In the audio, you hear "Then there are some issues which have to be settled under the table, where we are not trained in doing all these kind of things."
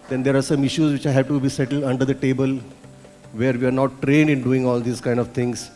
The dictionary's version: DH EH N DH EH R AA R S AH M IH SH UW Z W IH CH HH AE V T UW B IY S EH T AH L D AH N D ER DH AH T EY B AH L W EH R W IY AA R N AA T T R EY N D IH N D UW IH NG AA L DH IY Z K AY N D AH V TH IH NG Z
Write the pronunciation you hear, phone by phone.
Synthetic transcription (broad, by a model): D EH N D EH R AA R S AH M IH SH UW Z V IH CH HH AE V T UW B IY S EH T AH L D AH N D ER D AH T EY B AH L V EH R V IY AA R N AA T T R EY N D IH N D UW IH NG AA L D IY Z K AY N D AH V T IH NG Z